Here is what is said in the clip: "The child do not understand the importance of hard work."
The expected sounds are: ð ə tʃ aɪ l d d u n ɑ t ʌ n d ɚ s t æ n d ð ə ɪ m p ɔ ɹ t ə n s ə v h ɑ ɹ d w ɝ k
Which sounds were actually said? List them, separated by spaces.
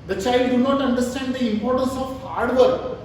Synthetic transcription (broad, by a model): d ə tʃ aɪ l d d u n ɑ t ʌ n d ɚ s t æ n d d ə ɪ m p ɔ ɹ t ə n s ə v h ɑ ɹ d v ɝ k